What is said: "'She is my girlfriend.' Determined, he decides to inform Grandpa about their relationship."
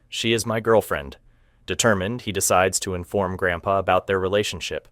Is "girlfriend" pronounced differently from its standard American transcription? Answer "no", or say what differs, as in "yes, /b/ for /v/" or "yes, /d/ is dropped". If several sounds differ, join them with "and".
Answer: no